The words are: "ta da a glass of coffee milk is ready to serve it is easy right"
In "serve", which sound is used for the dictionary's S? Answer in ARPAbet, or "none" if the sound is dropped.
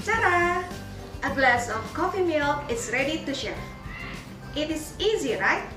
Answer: SH